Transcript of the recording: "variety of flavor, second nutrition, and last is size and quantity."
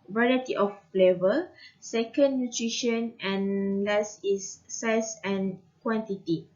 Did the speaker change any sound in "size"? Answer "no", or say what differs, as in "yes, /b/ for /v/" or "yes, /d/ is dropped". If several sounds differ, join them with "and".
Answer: yes, /s/ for /z/